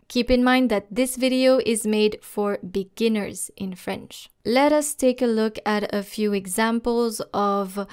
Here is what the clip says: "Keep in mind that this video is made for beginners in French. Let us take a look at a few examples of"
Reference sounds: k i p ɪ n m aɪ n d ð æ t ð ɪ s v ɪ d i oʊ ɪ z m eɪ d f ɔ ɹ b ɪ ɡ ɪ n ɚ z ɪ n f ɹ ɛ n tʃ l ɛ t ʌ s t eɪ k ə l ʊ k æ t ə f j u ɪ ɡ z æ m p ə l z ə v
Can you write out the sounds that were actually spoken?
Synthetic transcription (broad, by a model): k i p ɪ n m aɪ n d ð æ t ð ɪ s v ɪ d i oʊ ɪ z m eɪ d f ɔ ɹ b ɪ ɡ ɪ n ɚ z ɪ n f ɹ ɛ n tʃ l ɛ t ʌ s t eɪ k ə l ʊ k æ t ə f j u ɪ ɡ z æ m p ə l z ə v